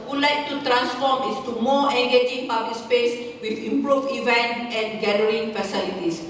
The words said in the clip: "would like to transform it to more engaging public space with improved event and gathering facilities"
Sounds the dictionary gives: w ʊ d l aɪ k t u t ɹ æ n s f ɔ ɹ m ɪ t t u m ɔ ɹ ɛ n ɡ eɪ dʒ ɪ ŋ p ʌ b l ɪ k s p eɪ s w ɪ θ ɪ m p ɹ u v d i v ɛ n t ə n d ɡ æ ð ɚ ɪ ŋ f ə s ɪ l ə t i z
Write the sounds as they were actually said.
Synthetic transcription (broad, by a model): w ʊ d l aɪ k t u t ɹ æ n s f ɔ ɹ m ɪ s t u m ɔ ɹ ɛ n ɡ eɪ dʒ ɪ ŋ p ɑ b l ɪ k s p eɪ s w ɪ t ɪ m p ɹ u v i v ɛ n t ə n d ɡ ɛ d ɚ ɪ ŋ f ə s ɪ l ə t i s